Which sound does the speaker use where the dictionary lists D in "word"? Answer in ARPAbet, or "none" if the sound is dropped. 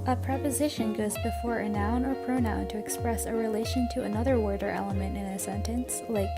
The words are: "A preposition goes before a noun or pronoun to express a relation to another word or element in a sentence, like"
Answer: D